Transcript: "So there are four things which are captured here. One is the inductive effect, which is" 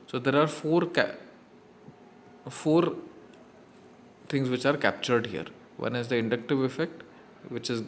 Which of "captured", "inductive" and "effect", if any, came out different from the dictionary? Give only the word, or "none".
none